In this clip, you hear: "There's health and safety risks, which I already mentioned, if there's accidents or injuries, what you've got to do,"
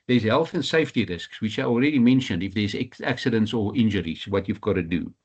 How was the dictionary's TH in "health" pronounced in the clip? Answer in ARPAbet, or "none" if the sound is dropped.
TH